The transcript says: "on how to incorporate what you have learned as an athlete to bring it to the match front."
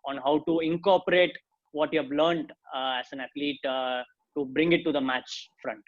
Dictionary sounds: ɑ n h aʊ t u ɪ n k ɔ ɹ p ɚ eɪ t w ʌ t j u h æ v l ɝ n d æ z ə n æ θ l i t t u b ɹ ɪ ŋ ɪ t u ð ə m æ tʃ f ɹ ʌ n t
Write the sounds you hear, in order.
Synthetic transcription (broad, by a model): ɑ n h aʊ t u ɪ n k ɔ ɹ p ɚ eɪ t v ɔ t j u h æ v l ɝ n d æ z ə n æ t l i t t u b ɹ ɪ ŋ ɪ t u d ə m æ tʃ f ɹ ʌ n t